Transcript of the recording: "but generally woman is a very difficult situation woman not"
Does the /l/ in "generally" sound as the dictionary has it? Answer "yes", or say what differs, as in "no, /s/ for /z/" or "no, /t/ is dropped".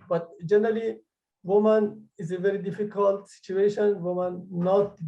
yes